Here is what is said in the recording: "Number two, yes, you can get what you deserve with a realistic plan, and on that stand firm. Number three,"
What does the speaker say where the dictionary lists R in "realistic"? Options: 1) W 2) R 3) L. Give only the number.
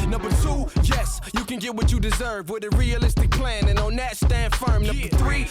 2